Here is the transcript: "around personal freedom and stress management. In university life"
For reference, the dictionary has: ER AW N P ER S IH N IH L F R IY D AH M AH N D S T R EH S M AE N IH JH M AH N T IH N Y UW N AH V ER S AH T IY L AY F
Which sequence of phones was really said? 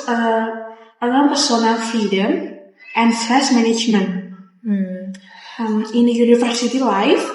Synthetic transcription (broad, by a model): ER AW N P ER S IH N IH L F IY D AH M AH N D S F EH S M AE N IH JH M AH N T IH N Y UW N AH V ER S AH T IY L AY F